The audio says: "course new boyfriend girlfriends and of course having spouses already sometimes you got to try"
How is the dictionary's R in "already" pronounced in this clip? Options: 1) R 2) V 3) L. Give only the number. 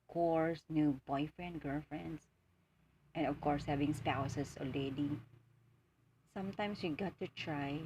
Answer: 3